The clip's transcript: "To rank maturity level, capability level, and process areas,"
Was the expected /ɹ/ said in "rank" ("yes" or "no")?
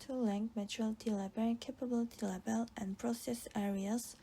no